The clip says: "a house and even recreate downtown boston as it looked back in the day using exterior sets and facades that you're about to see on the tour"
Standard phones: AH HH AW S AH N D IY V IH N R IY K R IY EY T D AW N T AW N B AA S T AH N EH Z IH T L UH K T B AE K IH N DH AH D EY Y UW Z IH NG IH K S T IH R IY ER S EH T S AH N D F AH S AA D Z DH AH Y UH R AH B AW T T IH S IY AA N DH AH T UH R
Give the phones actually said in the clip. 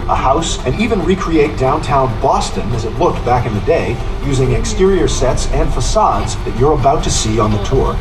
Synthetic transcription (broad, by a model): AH HH AW S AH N IY V IH N R IY K R IY EY T D AW N T AW N B AA S T AH N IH Z IH T L UH K T B AE K IH N DH AH D EY Y UW Z IH NG IH K S T IH R IY ER S EH T S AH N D F AH S AA D Z DH AH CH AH R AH B AW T T IH S IY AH N DH AH T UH R